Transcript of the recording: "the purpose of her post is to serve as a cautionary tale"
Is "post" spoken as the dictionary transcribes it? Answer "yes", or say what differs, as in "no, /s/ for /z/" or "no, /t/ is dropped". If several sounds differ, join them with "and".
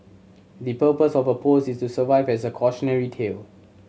no, /t/ is dropped